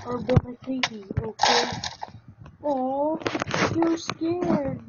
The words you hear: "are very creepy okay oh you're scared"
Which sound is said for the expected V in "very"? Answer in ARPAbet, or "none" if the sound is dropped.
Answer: B